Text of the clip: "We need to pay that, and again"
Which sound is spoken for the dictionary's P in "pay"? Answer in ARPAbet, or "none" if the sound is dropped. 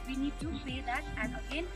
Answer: F